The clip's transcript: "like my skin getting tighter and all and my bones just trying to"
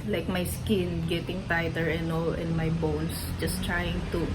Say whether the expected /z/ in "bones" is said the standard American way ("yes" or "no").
no